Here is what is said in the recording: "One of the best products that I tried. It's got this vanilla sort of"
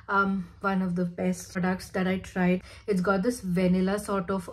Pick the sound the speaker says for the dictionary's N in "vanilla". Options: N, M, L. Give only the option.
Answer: N